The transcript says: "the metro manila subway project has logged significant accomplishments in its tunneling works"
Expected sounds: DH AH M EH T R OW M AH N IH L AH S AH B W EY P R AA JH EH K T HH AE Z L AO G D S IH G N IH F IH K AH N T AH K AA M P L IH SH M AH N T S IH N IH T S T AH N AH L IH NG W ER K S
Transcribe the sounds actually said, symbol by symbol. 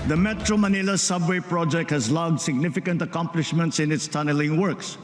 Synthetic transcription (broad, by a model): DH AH M EH T R OW M AH N IH L AH S AH B W EY P R AA JH EH K T HH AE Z L AO G D S IH G N IH F IH K AH N T AH K AA M P L IH SH M AH N T S IH N IH T S T AH N AH L IH NG W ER K S